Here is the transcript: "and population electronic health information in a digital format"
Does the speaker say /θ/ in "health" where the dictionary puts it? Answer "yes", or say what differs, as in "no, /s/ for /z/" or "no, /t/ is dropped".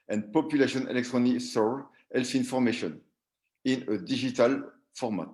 no, /f/ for /θ/